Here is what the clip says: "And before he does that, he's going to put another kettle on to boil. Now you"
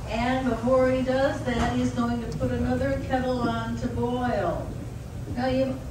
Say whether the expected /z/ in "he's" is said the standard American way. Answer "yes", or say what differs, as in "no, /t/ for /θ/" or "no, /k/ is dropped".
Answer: yes